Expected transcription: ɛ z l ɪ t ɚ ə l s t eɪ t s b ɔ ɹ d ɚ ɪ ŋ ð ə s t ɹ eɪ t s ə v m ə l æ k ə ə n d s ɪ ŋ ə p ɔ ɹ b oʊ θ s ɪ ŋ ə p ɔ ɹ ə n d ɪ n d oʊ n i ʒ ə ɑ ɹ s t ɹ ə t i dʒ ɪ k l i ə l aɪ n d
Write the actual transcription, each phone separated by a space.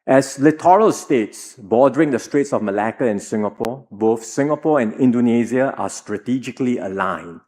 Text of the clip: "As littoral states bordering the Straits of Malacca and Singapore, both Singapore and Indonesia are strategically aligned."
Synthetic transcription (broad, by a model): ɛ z l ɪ t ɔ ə l s t eɪ t s b ɔ d ɚ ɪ ŋ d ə s t ɹ eɪ t s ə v m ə l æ k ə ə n s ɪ ŋ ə p ɔ b oʊ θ s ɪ ŋ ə p ɔ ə n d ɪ n d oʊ n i z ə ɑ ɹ s t ɹ ə t i dʒ ɪ k l i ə l aɪ n